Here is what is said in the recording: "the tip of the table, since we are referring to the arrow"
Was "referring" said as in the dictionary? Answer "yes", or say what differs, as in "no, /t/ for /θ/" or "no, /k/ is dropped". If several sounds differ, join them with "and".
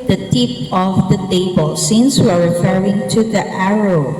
yes